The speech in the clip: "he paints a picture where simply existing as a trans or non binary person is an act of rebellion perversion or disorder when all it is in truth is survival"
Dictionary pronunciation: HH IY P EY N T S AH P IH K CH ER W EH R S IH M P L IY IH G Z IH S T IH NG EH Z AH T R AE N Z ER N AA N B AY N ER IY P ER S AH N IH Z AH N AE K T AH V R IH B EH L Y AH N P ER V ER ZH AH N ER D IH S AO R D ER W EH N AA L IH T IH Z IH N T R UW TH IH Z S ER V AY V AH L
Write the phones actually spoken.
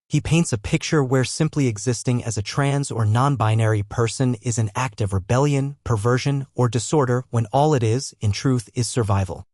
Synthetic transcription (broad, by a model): HH IY P EY N T S AH P IH K CH ER W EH R S IH M P L IY IH G Z IH S T IH NG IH Z AH T R AE N Z ER N AA N B AY N ER IY P ER S AH N IH Z AH N AE K T AH V R IH B EH L Y AH N P ER V ER ZH AH N ER D IH S AO R D ER W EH N AA L IH T IH Z IH N T R UW TH IH Z S ER V AY V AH L